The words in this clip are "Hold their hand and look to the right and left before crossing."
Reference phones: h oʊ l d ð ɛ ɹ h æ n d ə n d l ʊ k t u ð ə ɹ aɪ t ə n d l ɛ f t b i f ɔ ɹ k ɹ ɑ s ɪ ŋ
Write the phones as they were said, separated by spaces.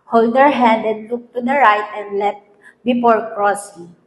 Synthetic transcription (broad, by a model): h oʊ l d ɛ ɹ h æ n d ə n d l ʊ k t u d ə ɹ aɪ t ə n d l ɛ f b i p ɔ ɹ k ɹ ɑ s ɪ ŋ